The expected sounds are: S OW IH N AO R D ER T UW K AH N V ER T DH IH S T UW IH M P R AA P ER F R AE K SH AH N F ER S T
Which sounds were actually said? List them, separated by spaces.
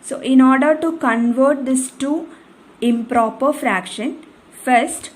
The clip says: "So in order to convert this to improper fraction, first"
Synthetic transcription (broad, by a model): S OW IH N AO R D ER T UW K AH N V ER T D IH S T UW IH M P R AA P ER F R AE K SH AH N F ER S T